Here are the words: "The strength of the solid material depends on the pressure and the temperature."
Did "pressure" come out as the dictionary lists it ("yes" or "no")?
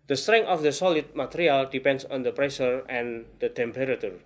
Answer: no